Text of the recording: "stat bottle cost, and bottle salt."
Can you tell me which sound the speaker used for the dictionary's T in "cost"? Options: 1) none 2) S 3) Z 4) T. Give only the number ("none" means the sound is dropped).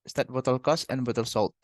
1